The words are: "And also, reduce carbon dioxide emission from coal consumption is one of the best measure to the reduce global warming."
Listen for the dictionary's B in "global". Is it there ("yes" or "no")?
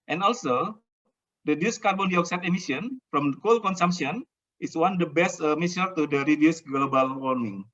yes